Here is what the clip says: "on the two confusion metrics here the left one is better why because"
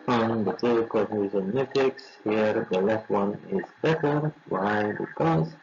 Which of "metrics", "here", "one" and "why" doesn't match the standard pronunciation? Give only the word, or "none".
metrics